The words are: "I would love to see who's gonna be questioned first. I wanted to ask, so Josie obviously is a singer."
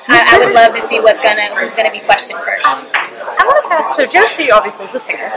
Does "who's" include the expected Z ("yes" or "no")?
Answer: yes